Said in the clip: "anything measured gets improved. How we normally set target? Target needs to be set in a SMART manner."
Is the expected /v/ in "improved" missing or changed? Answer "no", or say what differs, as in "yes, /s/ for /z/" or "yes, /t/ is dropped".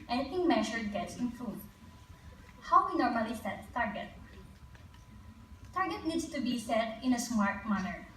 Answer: yes, /v/ is dropped